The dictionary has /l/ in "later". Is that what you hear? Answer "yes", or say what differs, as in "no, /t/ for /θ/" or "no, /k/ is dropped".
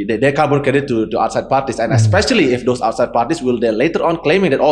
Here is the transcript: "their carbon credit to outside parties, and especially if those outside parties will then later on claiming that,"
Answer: yes